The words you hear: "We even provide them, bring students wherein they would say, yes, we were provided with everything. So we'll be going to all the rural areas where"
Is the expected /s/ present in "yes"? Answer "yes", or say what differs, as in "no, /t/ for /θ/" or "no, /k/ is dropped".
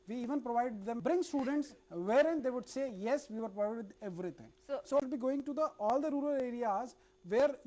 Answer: yes